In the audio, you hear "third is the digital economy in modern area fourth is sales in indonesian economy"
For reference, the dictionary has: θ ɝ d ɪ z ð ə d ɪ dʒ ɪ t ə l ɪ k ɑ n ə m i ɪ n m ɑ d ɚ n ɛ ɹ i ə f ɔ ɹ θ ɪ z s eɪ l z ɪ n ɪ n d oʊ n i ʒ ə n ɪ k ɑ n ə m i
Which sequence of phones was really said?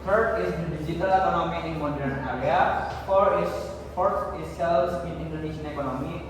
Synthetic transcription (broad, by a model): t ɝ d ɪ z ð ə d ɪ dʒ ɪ t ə l ɪ k ɑ n ə m i ɪ n m ɑ d ɚ n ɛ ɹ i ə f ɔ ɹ f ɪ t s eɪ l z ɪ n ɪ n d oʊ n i ʃ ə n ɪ k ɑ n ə m i